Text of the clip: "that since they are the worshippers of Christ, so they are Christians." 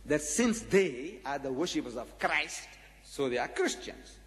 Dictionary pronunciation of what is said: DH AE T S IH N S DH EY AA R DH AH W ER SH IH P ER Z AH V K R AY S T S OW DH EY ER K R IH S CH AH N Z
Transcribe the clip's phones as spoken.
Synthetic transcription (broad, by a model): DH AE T S IH N S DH EY AA R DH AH W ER SH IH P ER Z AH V K R AY S T S OW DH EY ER K R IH S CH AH N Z